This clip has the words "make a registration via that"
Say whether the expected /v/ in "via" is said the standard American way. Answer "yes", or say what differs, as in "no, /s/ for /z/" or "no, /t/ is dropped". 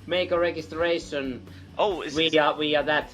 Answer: no, /w/ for /v/